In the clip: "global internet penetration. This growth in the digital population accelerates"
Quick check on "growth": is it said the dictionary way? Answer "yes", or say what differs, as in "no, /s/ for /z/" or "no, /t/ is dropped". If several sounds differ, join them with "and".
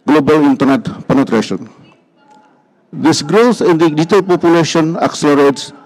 no, /s/ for /θ/